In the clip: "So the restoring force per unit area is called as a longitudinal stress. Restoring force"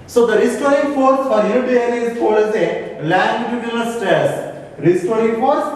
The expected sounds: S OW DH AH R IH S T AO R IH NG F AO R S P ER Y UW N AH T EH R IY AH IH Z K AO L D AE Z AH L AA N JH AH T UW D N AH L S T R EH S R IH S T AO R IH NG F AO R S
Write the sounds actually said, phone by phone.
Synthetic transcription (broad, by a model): S OW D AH R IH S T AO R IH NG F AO R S F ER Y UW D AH EH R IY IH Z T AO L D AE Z AH L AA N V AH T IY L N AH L S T EH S R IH S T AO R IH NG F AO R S